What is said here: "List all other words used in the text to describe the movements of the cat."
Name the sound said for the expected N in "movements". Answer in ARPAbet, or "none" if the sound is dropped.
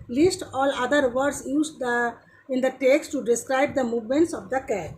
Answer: N